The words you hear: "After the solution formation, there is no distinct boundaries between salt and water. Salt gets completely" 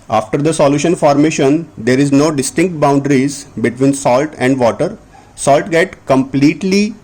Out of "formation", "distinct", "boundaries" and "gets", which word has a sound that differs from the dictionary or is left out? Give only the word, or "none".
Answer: gets